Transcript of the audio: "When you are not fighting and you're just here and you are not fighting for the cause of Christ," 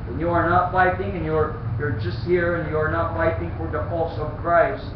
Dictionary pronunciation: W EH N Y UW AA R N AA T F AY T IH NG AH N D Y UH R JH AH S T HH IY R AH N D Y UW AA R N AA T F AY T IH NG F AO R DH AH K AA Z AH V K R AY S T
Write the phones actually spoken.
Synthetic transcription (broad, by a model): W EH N Y UW AA R N AA T F AY T IH NG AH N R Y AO R JH AH S T HH IY R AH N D Y UW AA R N AA T F AY T IH NG F AO R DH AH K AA S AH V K R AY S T